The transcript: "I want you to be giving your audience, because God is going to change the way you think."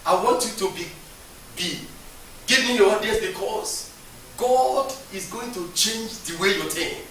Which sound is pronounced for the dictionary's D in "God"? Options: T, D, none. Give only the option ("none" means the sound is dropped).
D